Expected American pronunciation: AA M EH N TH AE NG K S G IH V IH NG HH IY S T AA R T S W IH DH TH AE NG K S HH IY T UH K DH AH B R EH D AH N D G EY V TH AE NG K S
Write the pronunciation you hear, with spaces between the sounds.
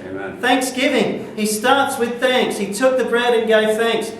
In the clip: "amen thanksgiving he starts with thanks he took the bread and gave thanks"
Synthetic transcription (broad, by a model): TH AE NG K S G IH V IH NG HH IY S T AA R T S W IH DH TH AE NG K S HH IY T UH K DH AH B R EH D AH N G EY V TH AE NG K S